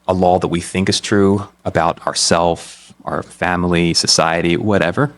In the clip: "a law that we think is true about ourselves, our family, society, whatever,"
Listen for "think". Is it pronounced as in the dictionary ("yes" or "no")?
yes